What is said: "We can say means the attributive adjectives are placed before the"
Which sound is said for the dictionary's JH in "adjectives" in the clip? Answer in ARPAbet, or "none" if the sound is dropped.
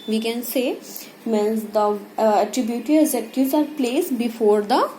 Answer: Z